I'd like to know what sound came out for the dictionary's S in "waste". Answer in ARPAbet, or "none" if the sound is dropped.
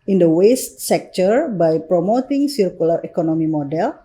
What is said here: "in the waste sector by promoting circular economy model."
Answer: S